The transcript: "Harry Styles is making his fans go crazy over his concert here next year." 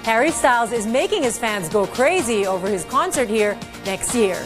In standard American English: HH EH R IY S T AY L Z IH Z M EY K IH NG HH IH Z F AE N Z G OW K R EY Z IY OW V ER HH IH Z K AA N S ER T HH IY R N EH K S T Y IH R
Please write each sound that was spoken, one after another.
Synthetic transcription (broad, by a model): HH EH R IY S T AY L Z IH Z M EY K IH NG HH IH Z F AE N Z G OW K R EY Z IY OW V ER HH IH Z K AA N S ER T HH IY R N EH K S T Y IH R